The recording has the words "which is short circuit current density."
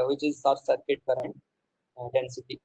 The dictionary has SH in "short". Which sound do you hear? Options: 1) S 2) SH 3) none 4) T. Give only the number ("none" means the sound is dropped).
1